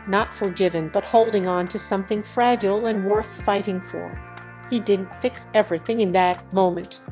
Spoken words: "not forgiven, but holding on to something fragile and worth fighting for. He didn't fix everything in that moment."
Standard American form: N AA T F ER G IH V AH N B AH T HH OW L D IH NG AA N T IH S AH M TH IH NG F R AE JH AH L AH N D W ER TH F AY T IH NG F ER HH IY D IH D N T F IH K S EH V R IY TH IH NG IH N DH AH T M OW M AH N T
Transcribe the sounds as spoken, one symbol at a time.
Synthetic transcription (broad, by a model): N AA T F ER G IH V AH N B AH T HH OW L D IH NG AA N T IH S AH M TH IH NG F R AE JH L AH N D W ER TH F AY T IH NG F ER HH IY D IH D N T F IH K S EH V R IY TH IH NG IH N DH AH T M OW M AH N T